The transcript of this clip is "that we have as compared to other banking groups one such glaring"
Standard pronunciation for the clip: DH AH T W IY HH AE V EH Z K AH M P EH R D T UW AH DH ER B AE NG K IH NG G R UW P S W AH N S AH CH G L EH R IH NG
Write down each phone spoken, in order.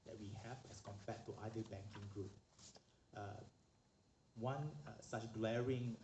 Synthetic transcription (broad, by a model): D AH T W IY HH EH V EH S K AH M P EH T T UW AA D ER B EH NG K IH NG G R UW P W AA N S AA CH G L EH R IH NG